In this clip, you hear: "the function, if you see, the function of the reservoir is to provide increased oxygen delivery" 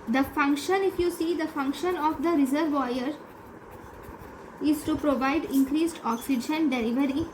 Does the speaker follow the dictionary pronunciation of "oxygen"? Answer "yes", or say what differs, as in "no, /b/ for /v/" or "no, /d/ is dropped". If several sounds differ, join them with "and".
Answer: yes